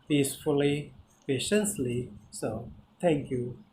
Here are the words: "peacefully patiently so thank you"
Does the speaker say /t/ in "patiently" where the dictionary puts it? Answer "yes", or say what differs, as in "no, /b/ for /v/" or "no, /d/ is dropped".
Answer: no, /s/ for /t/